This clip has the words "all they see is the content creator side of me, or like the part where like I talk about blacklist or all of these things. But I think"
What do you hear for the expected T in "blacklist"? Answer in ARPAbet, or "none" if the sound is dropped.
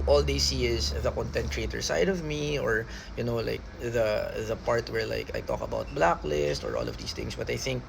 T